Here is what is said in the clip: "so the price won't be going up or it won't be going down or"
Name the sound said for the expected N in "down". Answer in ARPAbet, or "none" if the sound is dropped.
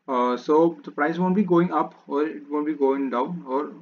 N